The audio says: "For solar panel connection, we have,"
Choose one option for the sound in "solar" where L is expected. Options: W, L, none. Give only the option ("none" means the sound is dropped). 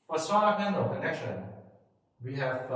none